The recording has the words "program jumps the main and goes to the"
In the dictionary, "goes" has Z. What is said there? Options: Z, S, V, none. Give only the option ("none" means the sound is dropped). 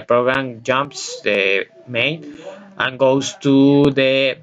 S